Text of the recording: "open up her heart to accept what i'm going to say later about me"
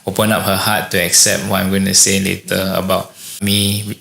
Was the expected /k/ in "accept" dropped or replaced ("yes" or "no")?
no